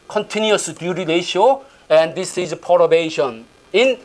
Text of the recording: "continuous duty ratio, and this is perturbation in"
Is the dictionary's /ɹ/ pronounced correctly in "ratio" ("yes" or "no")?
no